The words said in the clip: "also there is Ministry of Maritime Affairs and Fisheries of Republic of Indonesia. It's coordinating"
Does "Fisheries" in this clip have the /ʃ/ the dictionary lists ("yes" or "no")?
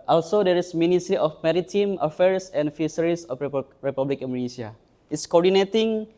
no